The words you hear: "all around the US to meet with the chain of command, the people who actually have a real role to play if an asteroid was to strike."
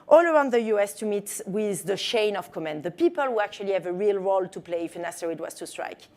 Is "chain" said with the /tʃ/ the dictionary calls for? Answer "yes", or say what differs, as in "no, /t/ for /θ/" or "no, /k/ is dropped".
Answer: no, /ʃ/ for /tʃ/